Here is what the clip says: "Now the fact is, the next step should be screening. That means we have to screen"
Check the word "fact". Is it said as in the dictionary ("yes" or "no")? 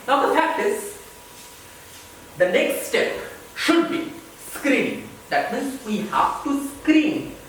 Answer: no